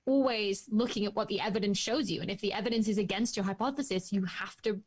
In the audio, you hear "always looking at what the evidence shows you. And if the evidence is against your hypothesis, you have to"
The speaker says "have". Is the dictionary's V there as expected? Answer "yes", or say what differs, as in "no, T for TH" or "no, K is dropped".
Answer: no, F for V